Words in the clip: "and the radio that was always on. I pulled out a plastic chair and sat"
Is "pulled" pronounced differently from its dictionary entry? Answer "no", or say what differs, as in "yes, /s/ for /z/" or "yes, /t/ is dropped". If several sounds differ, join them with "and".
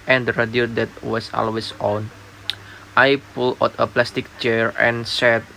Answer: yes, /d/ is dropped